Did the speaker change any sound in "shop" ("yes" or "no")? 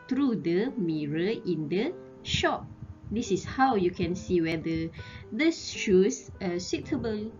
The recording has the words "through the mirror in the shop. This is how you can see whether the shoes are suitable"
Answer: no